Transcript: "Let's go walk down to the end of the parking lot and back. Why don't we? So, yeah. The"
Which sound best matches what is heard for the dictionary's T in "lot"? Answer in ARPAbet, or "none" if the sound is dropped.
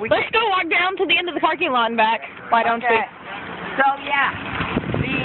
none